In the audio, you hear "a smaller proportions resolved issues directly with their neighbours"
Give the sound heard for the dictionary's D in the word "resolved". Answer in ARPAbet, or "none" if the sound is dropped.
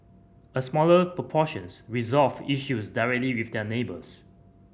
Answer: none